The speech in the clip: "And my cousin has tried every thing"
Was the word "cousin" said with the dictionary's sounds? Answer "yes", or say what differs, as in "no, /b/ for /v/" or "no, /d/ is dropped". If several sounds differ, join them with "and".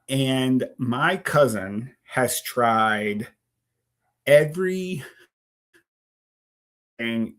yes